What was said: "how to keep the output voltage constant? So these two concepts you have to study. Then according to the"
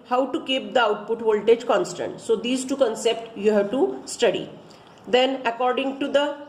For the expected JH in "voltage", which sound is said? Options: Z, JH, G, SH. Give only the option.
JH